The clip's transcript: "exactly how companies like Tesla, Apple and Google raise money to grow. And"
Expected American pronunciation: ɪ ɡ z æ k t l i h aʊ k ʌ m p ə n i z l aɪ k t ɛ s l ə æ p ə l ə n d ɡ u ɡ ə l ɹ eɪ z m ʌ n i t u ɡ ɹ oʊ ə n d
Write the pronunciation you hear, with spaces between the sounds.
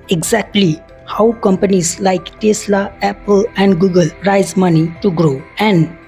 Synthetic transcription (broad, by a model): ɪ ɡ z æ k t l i h aʊ k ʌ m p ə n i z l aɪ k t ɛ s l ə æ p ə l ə n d ɡ u ɡ ə l ɹ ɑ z m ʌ n i t u ɡ ɹ oʊ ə n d